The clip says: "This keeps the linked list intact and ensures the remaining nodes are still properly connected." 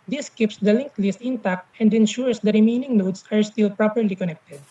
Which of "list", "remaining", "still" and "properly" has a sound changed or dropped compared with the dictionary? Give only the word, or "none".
none